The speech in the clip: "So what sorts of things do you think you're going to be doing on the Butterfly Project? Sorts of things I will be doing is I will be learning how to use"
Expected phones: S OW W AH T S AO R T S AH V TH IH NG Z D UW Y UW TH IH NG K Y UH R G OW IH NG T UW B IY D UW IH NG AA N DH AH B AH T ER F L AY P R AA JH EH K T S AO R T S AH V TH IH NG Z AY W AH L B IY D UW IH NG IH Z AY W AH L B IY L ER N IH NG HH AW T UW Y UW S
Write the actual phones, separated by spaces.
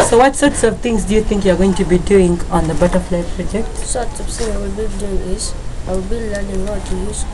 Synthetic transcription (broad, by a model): S OW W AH T S AO R T S AH V T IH NG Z D UW Y UW T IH NG K Y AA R G OW IH NG T UW B IY D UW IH NG AA N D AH B AH T ER F L AY P R AA JH EH K T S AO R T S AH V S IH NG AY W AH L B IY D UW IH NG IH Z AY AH B IY L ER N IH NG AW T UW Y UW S